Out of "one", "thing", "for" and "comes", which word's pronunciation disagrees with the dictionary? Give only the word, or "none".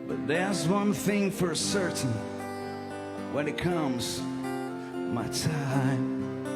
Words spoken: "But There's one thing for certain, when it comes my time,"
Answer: none